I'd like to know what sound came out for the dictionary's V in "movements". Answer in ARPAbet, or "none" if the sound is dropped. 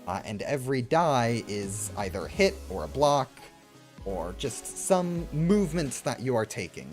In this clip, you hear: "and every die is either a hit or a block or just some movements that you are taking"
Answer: V